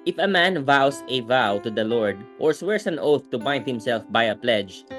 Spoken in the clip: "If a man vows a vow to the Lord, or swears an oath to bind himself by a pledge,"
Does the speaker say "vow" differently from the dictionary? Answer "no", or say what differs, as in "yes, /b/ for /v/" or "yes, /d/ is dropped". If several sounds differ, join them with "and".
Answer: no